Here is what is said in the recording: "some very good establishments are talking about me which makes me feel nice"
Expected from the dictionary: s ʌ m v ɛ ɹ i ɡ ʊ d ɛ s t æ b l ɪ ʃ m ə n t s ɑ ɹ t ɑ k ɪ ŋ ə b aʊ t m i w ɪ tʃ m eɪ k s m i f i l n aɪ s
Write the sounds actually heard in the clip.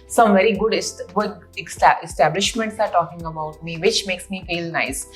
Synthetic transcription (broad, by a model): s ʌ m v ɛ ɹ i ɡ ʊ d ɛ s t æ b l ɪ ʃ m ə n t s ɑ ɹ t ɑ k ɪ ŋ ə b aʊ t m i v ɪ tʃ m eɪ k s m i f i l n aɪ s